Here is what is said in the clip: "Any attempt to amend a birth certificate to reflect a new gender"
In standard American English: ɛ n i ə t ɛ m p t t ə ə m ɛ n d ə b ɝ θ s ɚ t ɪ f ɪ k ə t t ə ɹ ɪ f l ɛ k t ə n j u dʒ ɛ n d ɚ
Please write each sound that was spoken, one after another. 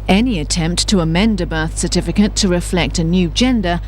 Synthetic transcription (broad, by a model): ɛ n i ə t ɛ m p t t ə ə m ɛ n d ə b ɝ θ s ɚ t ɪ f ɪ k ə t t ə ɹ ɪ f l ɛ k t ə n j u dʒ ɛ n d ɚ